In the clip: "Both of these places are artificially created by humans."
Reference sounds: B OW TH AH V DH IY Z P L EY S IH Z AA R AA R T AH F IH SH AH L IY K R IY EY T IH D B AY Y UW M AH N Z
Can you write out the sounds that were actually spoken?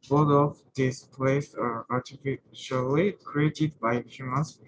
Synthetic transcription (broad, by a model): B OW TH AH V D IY S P L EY IH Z AA R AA R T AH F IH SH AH L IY K R IY EY T IH D B AY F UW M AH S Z